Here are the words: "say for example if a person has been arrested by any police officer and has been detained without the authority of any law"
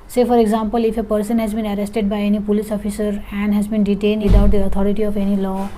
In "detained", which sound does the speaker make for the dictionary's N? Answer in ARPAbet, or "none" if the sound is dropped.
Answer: N